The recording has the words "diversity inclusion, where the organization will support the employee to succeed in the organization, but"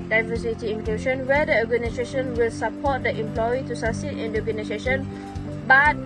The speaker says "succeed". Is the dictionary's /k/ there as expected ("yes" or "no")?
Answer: no